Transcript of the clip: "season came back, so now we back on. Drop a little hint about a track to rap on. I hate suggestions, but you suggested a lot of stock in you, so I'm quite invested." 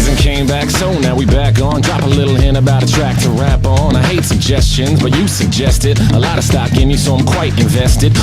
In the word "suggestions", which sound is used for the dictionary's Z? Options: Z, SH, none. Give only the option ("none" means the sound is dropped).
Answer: Z